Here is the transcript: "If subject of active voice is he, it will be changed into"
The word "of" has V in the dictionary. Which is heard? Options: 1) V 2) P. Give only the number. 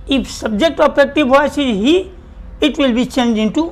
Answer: 2